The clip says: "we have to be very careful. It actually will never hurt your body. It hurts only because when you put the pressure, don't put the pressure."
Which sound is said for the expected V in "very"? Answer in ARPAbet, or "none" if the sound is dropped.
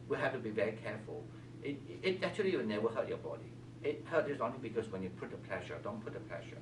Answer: V